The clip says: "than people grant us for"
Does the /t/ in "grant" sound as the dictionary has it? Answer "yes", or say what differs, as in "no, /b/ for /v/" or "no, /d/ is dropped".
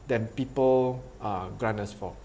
no, /t/ is dropped